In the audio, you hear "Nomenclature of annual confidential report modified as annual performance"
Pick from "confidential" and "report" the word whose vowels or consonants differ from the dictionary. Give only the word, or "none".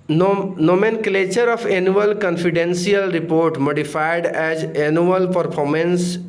confidential